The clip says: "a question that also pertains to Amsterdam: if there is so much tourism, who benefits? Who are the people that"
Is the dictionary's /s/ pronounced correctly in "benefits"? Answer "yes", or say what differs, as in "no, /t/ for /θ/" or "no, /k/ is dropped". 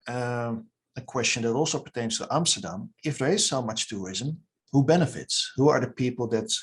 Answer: yes